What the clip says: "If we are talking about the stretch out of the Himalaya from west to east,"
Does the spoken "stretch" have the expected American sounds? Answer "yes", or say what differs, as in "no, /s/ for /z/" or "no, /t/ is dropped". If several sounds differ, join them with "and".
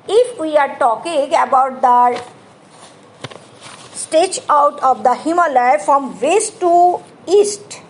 no, /ɹ/ is dropped